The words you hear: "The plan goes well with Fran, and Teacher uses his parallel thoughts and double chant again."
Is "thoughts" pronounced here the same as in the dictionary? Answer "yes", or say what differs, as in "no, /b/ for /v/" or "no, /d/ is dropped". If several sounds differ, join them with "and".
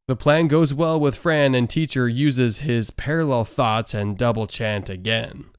yes